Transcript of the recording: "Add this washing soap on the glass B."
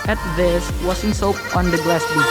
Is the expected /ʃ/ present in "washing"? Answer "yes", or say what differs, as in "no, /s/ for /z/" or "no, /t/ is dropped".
no, /s/ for /ʃ/